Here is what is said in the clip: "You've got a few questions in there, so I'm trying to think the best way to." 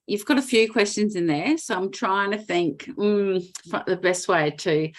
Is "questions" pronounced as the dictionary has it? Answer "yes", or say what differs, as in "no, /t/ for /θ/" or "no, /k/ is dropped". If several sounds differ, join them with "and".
yes